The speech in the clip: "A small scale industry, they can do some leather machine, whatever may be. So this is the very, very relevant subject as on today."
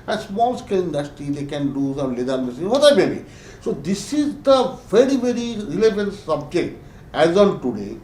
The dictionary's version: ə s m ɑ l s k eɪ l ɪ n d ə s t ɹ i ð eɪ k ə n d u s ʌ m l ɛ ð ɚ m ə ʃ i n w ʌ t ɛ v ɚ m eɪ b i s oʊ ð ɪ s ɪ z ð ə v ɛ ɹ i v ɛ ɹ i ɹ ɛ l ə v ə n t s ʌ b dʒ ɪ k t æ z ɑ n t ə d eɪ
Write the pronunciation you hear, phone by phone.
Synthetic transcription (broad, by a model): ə s m ɑ l s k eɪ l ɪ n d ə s t i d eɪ k ə n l u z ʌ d l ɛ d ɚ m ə s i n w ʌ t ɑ ɪ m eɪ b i s oʊ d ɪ s ɪ z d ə v ɛ ɹ i v ɛ ɹ i ɹ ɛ l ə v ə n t s ʌ b dʒ ɪ k t æ z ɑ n t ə d eɪ